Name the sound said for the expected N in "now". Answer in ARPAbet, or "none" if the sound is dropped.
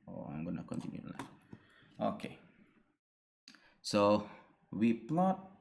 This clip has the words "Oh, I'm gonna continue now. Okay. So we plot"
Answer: L